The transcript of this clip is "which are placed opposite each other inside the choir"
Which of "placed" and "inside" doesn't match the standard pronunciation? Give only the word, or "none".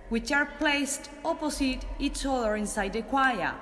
none